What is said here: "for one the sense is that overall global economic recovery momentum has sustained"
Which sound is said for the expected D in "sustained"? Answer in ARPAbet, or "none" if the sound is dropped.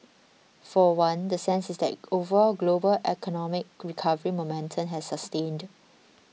D